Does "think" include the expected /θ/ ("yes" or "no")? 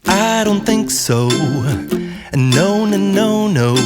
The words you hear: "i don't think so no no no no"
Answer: yes